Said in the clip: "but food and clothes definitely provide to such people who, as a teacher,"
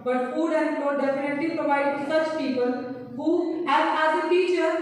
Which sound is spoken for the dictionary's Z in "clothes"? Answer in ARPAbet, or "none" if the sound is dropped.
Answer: none